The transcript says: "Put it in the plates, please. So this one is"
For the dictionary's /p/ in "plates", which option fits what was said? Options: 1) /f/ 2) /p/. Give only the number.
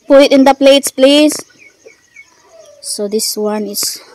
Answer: 2